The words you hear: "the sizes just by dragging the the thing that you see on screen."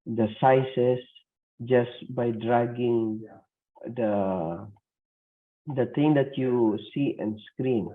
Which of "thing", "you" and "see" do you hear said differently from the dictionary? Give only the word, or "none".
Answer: thing